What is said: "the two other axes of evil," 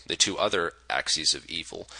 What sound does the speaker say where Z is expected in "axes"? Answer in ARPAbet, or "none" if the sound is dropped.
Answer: Z